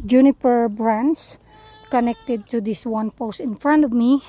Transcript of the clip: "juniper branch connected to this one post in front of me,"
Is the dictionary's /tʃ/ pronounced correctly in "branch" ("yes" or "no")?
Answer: no